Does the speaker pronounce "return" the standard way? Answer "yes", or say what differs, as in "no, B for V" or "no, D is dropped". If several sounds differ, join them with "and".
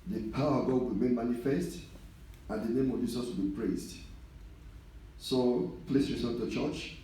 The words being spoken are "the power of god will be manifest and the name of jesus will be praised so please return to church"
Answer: no, S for T